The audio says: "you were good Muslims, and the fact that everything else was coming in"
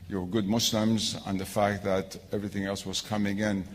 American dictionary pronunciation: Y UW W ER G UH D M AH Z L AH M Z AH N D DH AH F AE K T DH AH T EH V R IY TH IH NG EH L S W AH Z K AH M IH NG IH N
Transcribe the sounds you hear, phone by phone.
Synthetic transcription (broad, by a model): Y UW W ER G UH D M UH S L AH M Z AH N DH AH F AE K T DH AH T EH V R IY TH IH NG EH L S W AH Z K AH M IH NG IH N